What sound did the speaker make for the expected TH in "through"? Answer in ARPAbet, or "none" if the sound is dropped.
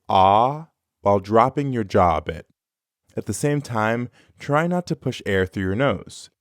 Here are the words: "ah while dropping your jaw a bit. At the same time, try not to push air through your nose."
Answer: TH